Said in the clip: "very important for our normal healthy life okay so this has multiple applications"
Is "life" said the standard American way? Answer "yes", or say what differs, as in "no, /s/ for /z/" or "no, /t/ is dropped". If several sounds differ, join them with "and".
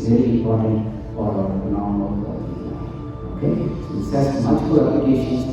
no, /f/ is dropped